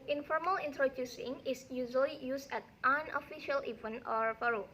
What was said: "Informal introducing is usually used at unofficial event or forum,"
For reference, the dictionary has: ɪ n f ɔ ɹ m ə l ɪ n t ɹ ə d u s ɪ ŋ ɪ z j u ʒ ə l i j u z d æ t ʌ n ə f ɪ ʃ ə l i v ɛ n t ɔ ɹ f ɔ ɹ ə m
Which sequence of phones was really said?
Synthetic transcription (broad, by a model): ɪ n f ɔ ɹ m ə l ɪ n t ɹ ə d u s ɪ ŋ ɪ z j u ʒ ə l i j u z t t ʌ n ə f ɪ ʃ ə l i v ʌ n ɔ ɹ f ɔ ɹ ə